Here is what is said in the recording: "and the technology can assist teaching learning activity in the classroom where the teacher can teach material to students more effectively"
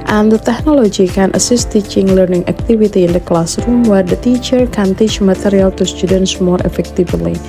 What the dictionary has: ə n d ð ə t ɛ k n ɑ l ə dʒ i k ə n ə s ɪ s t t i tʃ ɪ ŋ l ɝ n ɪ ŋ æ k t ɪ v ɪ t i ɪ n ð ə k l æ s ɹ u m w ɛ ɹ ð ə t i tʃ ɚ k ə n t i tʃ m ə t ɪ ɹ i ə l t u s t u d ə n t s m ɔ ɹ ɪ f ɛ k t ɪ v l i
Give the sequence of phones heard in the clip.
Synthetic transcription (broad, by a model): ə n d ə t ɛ k n ɑ l ə dʒ i k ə n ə s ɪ s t t i tʃ ɪ ŋ l ɝ n ɪ ŋ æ k t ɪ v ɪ t i ɪ n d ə k l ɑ s ɹ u m w ɛ ɹ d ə t i tʃ ɚ k ə n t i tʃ m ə t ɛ ɹ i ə l t u s t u d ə n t s m ɔ ɹ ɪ f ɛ k t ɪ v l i